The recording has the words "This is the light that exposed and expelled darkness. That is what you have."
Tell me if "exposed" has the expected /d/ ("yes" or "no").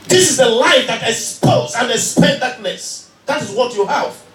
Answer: no